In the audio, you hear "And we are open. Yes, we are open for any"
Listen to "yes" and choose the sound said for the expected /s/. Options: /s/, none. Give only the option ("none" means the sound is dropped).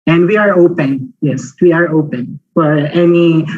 /s/